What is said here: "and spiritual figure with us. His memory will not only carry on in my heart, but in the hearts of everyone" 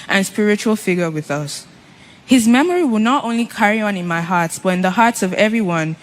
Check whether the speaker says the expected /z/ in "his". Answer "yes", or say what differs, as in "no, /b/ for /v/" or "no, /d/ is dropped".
yes